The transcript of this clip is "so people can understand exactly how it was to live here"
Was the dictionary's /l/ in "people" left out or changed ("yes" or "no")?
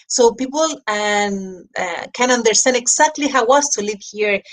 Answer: yes